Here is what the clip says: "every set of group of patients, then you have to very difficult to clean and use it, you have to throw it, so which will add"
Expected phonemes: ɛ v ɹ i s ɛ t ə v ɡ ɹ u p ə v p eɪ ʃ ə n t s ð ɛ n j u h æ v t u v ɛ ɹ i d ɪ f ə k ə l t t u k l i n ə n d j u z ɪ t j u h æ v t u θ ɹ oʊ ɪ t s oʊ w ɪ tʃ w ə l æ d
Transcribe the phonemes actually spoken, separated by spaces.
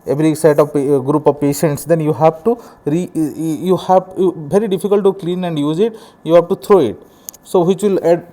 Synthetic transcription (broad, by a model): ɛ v ɹ i s ɛ t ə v ɡ ɹ u p ə v p eɪ ʃ ə n t s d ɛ n j u h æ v t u v ɛ ɹ i d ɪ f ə k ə l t t u k l i n ə n d j u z ɪ t j u h æ v t u t ɹ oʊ ɪ t s oʊ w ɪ tʃ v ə l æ d